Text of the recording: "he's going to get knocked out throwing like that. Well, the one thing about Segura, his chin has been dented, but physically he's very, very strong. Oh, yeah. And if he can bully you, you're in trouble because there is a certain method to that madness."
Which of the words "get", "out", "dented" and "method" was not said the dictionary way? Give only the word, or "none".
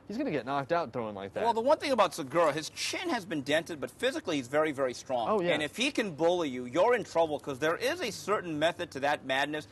none